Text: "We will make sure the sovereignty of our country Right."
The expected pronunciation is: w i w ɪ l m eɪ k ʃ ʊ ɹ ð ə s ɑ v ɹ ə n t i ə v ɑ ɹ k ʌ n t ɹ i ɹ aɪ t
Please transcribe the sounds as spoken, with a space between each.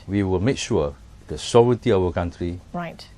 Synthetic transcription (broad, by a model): w i w ɪ l m eɪ k ʃ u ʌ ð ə s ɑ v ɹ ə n t i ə w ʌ k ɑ n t ɹ i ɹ aɪ t